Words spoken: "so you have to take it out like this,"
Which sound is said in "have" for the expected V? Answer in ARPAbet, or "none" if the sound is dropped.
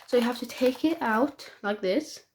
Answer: F